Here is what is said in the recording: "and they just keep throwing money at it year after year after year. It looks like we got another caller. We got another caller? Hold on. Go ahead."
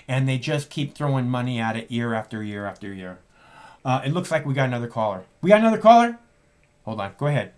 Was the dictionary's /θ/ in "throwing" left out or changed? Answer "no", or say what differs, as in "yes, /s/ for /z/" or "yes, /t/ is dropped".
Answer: no